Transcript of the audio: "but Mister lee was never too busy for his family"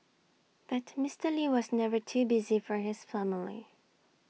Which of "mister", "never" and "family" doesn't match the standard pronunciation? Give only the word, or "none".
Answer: none